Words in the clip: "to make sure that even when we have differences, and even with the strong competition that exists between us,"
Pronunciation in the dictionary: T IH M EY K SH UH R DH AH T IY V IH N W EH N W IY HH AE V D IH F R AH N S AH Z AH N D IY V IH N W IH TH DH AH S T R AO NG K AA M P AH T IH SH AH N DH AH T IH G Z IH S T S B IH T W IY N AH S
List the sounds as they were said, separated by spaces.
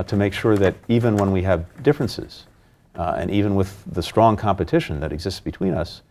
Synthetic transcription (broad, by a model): T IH M EY K SH UH R DH AH T IY V IH N W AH N W IY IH V D IH F R AH N S AH Z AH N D IY V IH N W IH DH AH S T R AO NG K AA M P AH T IH SH AH N DH AH T IH G Z IH S T S B IH T W IY N AH S